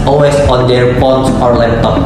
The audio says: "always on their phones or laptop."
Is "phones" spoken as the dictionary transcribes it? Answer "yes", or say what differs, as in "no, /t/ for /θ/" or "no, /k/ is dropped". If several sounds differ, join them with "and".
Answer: no, /p/ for /f/ and /s/ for /z/